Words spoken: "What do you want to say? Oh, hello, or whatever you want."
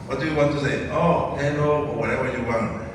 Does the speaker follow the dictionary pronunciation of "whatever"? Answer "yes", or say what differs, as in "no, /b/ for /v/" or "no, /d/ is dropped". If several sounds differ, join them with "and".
no, /w/ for /v/